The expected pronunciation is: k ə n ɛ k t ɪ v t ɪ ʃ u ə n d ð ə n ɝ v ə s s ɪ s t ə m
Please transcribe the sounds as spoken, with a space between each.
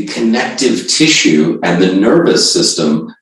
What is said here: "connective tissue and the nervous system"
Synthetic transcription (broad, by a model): k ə n ɛ k t ɪ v t ɪ ʃ u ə n ð ə n ɝ v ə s s ɪ s t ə m